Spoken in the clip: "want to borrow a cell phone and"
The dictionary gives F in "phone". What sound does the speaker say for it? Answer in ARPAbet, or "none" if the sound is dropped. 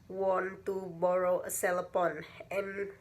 P